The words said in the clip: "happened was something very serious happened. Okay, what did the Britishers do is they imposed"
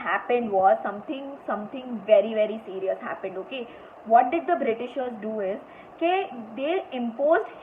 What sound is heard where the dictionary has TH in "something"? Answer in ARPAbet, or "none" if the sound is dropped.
S